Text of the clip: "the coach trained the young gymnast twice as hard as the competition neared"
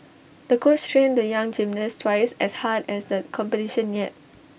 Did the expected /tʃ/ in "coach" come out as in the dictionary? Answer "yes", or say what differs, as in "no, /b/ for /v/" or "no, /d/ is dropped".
no, /s/ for /tʃ/